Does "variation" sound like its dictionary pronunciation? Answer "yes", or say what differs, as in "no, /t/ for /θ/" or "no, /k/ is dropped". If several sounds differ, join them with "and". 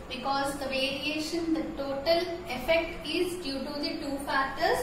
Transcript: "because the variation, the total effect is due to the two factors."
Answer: yes